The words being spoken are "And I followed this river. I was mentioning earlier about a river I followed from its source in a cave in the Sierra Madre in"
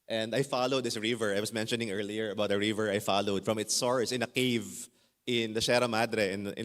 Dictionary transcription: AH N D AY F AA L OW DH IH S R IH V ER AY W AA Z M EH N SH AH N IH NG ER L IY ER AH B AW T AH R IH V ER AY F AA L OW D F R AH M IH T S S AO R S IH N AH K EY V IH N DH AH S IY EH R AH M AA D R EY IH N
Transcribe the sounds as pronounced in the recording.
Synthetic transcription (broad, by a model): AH N D AY F AA L OW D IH S R IH V ER AY W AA S M EH N SH AH N IH NG ER L IY ER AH B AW T AH R IH V ER AY F AA L OW D F R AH M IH T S S AO R S IH N AH K EY V IH N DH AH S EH R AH M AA D R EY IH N